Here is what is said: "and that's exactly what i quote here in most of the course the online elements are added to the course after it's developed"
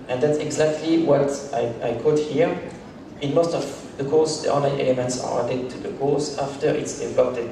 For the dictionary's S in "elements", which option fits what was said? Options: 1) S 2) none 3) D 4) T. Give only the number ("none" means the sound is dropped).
1